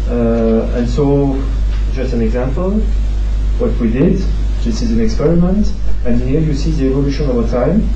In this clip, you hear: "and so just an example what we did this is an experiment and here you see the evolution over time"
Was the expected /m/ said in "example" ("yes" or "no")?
yes